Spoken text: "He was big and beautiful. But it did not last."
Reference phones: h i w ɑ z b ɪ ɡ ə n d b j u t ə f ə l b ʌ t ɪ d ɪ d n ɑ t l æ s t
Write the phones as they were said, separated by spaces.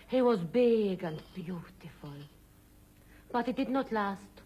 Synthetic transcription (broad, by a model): h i w ɑ z b ɪ ɡ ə n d b j u t ə f ə l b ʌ t ɪ d ɪ d n ɑ t l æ s t